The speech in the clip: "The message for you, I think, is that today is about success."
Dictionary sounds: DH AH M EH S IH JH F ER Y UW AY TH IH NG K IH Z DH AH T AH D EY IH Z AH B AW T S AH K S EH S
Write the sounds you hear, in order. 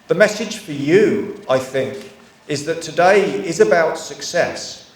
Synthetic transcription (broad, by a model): DH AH M EH S IH JH F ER Y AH AY TH IH NG K IH Z DH AH T AH D EY IH Z AH B AW T S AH K S EH S